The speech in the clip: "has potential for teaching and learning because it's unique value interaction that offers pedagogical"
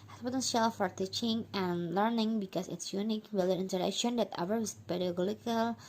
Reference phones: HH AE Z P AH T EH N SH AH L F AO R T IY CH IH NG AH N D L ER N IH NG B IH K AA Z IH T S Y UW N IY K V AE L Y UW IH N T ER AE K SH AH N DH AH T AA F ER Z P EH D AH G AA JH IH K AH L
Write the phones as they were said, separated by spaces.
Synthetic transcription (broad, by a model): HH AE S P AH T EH N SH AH L F AO R T IY CH IH NG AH N L ER N IH NG B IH K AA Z IH T S Y UW N IY K W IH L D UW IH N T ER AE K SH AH N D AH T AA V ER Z P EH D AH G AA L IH K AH L